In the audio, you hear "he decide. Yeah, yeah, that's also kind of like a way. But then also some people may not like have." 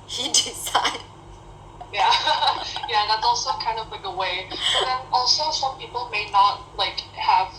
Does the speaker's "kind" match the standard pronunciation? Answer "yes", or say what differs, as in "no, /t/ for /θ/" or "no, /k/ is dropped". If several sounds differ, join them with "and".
yes